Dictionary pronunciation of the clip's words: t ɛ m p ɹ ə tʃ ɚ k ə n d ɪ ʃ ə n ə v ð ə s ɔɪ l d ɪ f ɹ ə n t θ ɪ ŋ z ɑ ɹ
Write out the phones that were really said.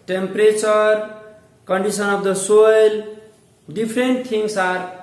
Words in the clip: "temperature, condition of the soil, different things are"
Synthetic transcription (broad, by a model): t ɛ m p ɹ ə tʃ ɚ k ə n d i s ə n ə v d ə s ɔɪ l d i p ɹ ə n t t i ŋ s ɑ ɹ